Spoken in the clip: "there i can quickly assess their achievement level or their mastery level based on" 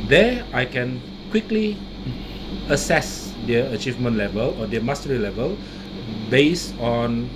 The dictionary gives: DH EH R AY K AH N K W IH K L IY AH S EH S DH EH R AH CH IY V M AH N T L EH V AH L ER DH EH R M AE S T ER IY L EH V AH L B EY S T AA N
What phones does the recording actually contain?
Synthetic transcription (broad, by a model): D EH AY K AH N K W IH K L IY AH S EH S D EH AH CH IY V M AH N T L EH V AH L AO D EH M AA S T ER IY L EH V AH L B EY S AA N